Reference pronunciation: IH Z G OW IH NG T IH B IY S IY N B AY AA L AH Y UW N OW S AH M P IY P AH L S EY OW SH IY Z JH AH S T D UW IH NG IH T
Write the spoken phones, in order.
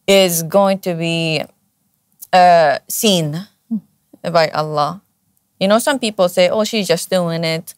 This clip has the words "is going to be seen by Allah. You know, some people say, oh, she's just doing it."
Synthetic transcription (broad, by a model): IH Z G OW IH NG T IH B IY S IY N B AY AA L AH Y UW N OW S AH M P IY P AH L S EY OW SH IY Z JH AH S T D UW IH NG IH T